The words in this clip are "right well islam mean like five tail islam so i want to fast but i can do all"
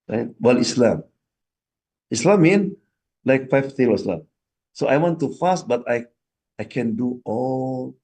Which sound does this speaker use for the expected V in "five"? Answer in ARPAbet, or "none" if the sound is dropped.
F